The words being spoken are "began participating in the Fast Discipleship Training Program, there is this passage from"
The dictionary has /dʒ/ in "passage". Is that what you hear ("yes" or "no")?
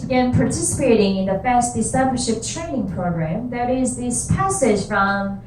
no